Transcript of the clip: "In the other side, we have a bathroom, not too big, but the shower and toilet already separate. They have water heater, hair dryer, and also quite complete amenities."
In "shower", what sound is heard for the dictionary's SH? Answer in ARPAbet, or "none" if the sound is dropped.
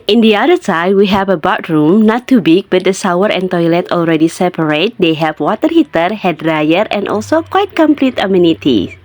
S